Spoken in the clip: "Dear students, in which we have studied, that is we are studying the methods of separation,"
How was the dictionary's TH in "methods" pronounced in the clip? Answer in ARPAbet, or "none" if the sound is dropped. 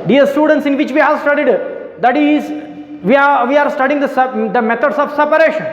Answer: T